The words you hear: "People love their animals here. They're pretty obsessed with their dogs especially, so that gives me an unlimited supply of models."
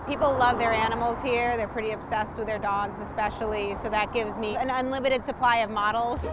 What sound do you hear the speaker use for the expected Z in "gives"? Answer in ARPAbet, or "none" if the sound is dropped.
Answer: Z